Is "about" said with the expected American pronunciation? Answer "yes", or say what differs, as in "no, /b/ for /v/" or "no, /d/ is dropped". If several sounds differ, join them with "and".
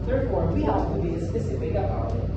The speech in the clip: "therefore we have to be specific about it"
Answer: no, /t/ is dropped